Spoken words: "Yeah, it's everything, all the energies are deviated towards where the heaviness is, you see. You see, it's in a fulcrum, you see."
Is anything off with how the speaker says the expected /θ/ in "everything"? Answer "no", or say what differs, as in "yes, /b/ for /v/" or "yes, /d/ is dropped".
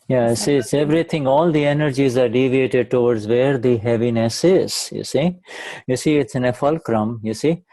yes, /t/ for /θ/